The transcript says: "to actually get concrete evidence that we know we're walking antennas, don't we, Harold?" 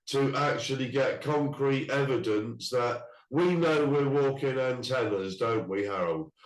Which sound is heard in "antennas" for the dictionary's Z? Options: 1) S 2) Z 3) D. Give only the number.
2